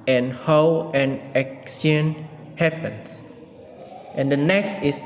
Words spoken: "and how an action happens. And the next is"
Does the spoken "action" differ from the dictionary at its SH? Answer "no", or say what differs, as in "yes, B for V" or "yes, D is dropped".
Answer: yes, S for SH